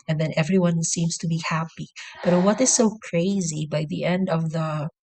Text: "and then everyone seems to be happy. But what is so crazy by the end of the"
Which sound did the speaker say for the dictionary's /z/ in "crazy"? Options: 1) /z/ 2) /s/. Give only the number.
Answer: 1